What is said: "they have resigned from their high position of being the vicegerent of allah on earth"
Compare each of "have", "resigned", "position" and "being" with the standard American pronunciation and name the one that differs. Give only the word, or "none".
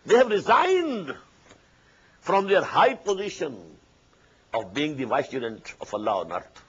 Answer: none